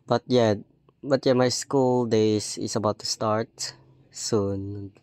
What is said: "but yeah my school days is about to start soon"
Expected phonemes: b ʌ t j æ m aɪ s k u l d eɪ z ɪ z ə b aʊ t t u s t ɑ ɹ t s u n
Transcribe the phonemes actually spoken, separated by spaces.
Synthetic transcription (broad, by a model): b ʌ t j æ m aɪ s k u l d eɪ s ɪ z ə b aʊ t t u s t ɑ ɹ t s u n